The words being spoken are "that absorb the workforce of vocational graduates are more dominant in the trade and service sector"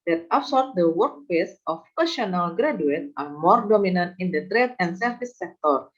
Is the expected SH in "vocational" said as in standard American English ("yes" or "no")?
no